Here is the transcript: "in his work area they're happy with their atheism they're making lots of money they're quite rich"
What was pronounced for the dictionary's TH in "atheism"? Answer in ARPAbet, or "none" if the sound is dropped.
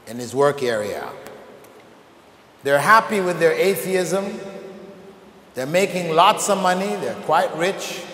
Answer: TH